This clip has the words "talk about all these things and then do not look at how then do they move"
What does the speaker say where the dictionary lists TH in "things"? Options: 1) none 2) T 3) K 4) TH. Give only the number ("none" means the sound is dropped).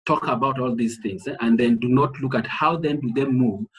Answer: 4